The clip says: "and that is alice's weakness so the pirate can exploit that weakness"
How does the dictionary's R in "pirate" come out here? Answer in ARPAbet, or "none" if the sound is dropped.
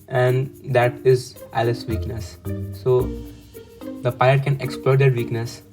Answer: none